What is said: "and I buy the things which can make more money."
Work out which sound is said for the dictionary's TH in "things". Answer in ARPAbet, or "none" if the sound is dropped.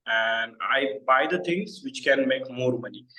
T